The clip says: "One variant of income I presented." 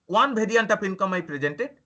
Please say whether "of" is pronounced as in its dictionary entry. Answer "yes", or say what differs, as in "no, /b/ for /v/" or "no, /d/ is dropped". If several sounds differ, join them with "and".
no, /p/ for /v/